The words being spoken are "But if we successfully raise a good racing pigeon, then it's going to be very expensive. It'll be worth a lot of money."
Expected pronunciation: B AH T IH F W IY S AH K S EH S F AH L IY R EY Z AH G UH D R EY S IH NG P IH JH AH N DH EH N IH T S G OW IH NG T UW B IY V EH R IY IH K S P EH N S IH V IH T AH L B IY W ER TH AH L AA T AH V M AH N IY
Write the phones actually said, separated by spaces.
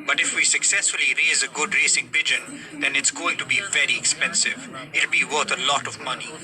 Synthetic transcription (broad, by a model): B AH T IH F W IY S AH K S EH S F AH L IY R EY Z AH G UH D R EY S IH NG P IH JH AH N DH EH N IH T S G OW IH NG T UW B IY V EH R IY IH K S P EH N S IH V IH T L B IY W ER T AH L AA T AH V M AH N IY